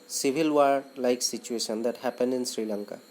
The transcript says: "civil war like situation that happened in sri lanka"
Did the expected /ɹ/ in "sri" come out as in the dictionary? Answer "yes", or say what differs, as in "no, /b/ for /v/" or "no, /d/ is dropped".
yes